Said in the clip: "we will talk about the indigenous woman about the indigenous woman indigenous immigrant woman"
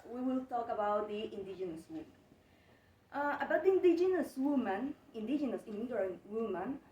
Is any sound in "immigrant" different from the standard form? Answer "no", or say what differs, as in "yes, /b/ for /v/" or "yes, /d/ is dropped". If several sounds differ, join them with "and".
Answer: yes, /ɹ/ is dropped